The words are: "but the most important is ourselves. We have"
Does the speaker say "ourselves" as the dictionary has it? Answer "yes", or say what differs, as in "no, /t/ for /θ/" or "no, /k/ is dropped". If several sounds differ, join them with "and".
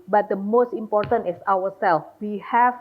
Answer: no, /w/ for /ɹ/